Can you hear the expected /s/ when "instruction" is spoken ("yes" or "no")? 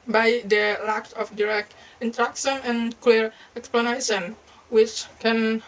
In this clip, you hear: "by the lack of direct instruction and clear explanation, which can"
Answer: no